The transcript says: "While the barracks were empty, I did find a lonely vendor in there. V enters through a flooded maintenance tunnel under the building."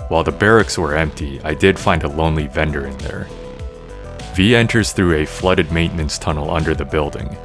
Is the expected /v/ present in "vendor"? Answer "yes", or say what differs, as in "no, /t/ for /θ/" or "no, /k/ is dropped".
yes